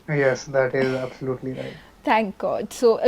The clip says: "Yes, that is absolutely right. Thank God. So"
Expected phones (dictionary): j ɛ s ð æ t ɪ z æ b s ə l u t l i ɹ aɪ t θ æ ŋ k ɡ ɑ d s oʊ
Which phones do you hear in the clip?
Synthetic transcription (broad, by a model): j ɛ s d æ t ɪ z æ b s ə l u t l i ɹ aɪ t t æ ŋ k ɡ ɑ d s oʊ